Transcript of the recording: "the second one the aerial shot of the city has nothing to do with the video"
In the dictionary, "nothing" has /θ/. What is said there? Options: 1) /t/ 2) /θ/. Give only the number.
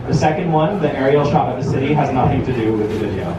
2